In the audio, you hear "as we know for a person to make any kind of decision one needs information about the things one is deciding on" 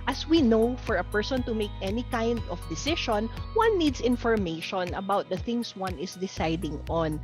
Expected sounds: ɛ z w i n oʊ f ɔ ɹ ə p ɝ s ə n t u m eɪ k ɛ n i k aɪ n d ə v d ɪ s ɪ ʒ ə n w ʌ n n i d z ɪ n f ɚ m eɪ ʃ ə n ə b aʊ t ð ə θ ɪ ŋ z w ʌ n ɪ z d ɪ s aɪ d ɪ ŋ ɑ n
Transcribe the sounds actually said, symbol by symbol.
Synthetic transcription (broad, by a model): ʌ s w i n oʊ f ɔ ɹ ə p ɝ s ə n t u m eɪ k ɛ n i k aɪ n d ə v d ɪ s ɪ ʃ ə n w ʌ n n i d s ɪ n f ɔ m eɪ ʃ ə n ə b aʊ t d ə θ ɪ ŋ s w ʌ n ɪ s d ɪ s aɪ d ɪ ŋ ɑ n